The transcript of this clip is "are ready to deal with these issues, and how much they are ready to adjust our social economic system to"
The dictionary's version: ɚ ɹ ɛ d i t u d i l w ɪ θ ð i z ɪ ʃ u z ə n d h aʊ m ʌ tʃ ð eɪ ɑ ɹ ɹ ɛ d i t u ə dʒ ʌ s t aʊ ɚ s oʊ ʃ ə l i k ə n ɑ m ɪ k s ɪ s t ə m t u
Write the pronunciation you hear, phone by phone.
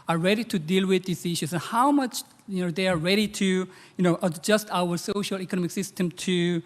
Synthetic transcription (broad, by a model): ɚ ɹ ɛ d i t u d i l w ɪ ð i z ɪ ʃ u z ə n h aʊ m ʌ tʃ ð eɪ ɑ ɹ ɹ ɛ d i t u ə dʒ ʌ s t aʊ ɚ s oʊ ʃ ə l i k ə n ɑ m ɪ k s ɪ s t ə m t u